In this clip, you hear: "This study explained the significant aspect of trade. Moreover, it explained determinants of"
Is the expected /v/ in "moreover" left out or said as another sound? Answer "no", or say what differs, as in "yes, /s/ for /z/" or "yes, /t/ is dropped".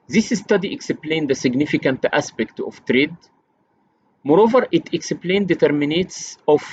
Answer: no